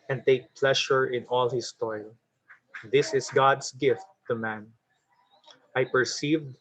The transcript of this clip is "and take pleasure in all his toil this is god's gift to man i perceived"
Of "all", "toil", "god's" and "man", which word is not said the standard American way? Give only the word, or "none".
god's